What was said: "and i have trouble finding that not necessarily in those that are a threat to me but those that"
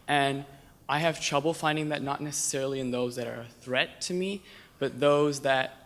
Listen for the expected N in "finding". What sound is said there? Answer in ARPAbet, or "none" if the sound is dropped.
N